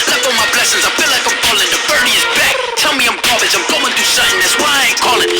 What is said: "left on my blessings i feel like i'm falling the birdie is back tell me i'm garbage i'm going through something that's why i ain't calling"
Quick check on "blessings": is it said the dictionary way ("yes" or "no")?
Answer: yes